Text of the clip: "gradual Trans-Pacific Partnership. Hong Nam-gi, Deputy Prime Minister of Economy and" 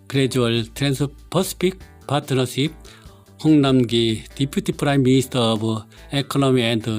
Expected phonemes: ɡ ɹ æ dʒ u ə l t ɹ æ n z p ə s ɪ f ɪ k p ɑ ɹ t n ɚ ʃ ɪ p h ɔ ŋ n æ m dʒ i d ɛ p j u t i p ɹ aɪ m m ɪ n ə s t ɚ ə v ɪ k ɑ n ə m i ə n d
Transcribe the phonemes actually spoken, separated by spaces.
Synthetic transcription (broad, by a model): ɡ ɹ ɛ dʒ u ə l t ɹ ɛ n s p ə s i p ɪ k p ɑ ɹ t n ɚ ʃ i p h ɔ ŋ n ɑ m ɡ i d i p j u t i p ɹ aɪ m m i n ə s t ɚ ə b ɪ k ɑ n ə m i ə n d